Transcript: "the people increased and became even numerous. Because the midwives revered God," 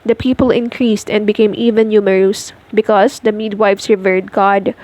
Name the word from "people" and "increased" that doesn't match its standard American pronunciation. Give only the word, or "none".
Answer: none